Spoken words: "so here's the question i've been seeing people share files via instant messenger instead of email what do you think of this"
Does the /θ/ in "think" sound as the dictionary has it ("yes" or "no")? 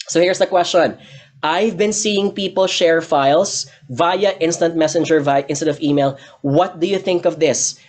yes